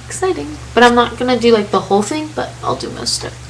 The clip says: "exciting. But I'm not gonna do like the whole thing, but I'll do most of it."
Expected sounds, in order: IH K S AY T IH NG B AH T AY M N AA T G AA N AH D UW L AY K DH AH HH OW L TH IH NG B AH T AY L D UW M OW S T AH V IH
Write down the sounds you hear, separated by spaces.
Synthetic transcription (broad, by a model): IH K S AY T IH NG B AH T AY M N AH T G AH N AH D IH L AY K DH AH HH OW L TH IH NG B AH T AY L D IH M OW S T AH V